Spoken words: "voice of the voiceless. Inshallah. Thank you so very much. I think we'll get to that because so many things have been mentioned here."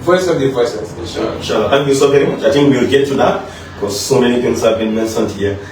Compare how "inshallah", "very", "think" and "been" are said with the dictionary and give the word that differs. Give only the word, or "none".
think